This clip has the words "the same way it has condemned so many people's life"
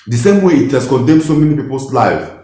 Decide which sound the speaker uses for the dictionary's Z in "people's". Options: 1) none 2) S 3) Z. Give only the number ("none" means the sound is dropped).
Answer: 2